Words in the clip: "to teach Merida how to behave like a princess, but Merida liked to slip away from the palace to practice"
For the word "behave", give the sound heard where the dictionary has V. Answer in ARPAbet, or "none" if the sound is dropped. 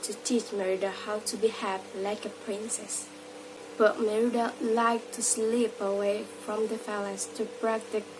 P